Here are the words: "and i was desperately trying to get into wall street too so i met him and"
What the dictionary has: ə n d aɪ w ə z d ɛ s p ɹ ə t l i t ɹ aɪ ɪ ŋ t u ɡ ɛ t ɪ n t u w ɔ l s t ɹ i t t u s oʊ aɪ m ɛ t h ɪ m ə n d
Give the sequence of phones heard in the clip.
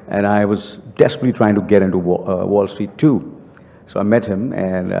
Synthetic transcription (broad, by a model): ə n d aɪ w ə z d ɛ s p ɹ ə t l i t ɹ aɪ ɪ ŋ t u ɡ ɛ t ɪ n t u w ɔ l s t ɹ i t t u s oʊ aɪ m ɛ t h ɪ m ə n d